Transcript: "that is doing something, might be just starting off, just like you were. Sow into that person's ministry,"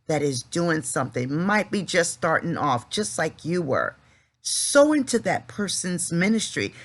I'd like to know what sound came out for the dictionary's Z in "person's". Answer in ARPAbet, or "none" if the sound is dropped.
Z